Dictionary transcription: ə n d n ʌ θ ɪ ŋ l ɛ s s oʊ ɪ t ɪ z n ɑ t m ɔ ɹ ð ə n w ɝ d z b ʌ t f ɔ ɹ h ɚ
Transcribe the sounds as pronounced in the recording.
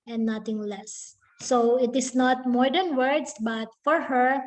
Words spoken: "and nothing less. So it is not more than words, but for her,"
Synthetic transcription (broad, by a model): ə n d n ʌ t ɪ ŋ l ɛ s s oʊ ɪ t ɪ s n ɑ t m ɔ ɹ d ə n w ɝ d s b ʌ t f ɔ ɹ h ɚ